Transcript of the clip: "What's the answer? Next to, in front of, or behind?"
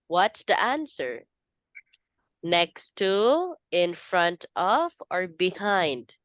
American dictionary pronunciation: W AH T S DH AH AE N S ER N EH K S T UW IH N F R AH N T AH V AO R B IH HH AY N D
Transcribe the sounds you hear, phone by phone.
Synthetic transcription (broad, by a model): W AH T S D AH AE N S ER N EH K S T UW IH N F R AH N T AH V AO R B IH HH AY N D